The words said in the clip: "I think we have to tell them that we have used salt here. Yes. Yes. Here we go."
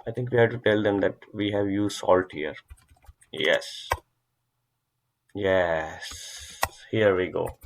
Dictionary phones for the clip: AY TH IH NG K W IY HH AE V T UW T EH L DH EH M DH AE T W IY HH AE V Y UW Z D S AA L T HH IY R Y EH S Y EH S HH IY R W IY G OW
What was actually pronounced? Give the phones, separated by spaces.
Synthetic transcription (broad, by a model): AY T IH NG K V IY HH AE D T UW T EH L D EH M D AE T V IY HH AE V Y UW S AA L T HH IY R Y EH S Y EH S HH IY R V IY G OW